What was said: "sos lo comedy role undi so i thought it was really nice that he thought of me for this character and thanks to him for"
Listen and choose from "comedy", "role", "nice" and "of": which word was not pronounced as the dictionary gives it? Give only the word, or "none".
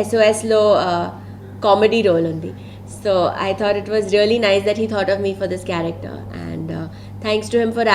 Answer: none